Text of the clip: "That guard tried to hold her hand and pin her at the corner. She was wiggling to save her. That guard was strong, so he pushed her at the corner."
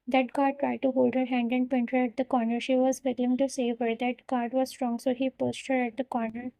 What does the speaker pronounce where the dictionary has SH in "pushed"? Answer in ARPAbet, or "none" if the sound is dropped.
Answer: S